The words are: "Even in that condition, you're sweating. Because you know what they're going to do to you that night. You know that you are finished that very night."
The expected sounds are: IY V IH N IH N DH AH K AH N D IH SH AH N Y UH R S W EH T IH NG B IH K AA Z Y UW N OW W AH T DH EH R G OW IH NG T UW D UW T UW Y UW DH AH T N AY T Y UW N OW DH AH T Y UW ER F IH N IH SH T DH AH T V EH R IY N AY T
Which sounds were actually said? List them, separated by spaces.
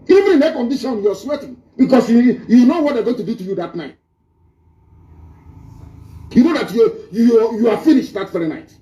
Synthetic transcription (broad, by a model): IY V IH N IH N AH K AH N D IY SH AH N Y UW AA S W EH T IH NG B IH K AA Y Y UW N OW W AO T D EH G OW IH NG T UW D UW T UW Y UW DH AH T N AY T Y UW N OW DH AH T Y UW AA F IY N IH SH T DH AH T F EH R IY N AY T